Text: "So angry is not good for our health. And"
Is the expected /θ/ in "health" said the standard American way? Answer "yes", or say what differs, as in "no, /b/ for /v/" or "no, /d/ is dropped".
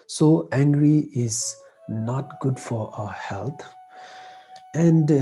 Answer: no, /t/ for /θ/